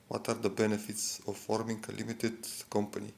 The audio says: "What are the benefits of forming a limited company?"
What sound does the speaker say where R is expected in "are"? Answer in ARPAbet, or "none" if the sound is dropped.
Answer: R